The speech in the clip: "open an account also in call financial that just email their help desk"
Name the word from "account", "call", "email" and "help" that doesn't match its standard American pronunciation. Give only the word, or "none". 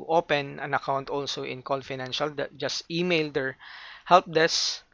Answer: call